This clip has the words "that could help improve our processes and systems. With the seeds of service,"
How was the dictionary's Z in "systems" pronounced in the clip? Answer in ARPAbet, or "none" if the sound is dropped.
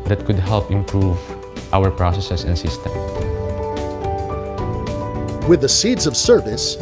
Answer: none